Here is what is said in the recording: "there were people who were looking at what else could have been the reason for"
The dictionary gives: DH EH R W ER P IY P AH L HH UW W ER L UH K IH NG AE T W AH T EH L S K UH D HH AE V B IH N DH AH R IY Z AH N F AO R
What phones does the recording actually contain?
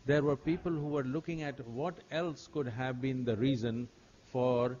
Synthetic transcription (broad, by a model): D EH R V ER P IY P AH L HH UW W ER L UH K IH NG AE T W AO T EH L S K UH D HH AE V B IH N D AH R IY Z AH N F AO R